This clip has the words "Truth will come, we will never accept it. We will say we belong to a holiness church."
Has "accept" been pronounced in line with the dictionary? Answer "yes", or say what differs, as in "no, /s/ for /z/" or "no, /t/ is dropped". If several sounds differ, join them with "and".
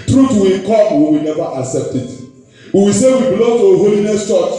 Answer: yes